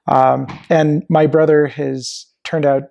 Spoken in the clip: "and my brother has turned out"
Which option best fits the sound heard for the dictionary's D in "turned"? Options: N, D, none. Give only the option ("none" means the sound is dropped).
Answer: D